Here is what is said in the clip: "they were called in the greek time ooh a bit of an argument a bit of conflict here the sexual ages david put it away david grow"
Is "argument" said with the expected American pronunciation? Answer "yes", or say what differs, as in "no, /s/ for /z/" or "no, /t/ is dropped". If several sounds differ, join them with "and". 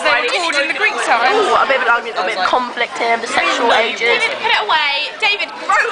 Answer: no, /m/ is dropped and /t/ is dropped